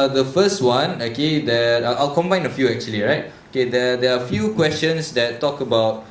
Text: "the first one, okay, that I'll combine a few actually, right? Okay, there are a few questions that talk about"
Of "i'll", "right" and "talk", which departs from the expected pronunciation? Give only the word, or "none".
none